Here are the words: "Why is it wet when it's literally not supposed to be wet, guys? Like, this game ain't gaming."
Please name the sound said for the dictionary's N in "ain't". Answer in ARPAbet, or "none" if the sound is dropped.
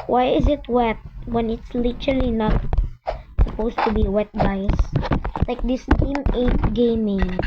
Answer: none